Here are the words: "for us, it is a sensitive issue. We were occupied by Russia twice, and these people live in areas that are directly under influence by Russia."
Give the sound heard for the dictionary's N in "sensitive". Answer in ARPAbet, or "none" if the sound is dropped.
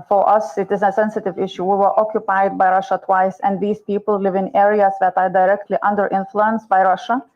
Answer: N